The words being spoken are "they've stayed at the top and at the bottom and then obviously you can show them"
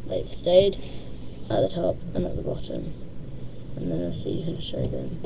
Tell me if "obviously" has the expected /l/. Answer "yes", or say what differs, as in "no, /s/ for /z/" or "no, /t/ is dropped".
no, /l/ is dropped